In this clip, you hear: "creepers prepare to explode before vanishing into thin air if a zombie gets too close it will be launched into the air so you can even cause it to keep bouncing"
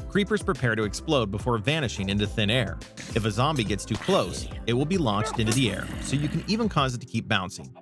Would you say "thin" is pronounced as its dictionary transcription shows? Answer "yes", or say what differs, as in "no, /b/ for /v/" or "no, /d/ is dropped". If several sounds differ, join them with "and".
yes